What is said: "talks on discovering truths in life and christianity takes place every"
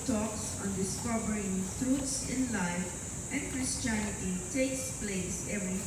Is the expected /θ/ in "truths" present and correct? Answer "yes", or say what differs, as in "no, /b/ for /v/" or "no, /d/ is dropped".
no, /t/ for /θ/